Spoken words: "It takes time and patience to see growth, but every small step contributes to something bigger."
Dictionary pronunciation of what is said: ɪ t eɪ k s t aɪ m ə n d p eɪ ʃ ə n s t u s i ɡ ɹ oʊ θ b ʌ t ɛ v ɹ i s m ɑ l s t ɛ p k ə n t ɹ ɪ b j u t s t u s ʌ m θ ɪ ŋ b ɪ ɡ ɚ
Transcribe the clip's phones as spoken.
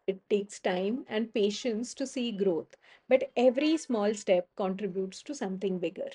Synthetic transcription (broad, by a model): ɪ t eɪ k s t aɪ m ə n d p eɪ ʃ ə n s t u s i ɡ ɹ oʊ t b ʌ t ɛ v ɹ i s m ɑ l s t ɛ p k ə n t ɹ ɪ b j u t s t u s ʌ m t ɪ ŋ b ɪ ɡ ɚ